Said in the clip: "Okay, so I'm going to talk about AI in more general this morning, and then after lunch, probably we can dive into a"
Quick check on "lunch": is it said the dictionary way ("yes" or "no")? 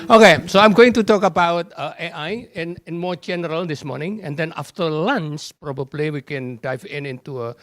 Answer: no